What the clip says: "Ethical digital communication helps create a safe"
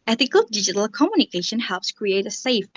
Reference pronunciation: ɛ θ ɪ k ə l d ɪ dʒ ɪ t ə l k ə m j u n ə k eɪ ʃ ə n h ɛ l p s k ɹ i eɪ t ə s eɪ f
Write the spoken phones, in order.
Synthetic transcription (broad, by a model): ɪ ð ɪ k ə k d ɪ dʒ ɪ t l k ə m j u n ə k eɪ ʃ ə n h ɛ l p s k ɹ i eɪ t ə s eɪ f